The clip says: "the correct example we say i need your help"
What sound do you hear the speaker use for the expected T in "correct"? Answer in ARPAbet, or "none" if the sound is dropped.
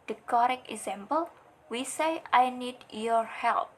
none